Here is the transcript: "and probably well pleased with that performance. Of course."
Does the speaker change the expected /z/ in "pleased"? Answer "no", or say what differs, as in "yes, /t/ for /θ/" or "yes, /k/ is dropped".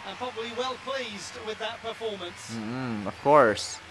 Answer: no